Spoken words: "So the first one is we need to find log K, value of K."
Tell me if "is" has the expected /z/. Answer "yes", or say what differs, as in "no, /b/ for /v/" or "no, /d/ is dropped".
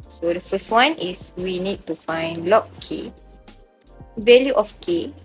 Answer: no, /s/ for /z/